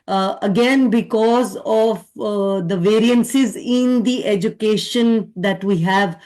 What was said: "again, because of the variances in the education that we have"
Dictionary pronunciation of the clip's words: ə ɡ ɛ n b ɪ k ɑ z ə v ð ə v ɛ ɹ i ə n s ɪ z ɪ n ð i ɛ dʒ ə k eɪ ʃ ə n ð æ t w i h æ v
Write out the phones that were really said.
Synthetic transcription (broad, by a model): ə ɡ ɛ n b ɪ k ɑ z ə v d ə v ɛ ɹ i ə n s ɪ z ɪ n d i ɛ dʒ ə k eɪ ʃ ə n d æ t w i h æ v